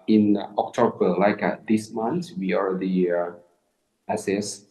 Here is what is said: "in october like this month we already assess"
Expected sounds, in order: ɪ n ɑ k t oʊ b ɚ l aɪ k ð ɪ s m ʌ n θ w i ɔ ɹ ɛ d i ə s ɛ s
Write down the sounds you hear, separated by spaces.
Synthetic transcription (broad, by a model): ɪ n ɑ k t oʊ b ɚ l aɪ k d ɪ s m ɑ n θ w i ɔ ɹ ɛ d i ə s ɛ s